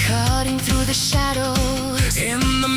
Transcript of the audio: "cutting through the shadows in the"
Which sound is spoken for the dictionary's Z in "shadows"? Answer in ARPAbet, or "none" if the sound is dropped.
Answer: none